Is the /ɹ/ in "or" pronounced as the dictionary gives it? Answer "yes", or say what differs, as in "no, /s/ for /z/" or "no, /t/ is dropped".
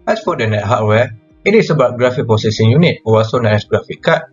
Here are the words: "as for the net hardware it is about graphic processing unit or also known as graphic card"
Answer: no, /w/ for /ɹ/